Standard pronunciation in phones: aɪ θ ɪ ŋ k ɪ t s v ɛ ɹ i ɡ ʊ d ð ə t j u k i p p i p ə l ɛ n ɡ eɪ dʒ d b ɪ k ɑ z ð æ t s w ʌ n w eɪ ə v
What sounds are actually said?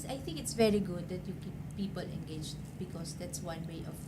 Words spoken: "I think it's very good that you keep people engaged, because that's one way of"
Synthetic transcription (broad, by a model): aɪ θ ɪ ŋ k ɪ t s v ɛ ɹ i ɡ ʊ d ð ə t j u k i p p i p ə l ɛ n ɡ eɪ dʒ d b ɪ k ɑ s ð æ t s w ʌ n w eɪ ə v